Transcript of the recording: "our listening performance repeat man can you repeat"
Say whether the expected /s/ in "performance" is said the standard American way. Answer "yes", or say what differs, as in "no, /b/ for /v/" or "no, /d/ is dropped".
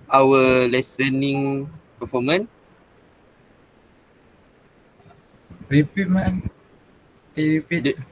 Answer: no, /s/ is dropped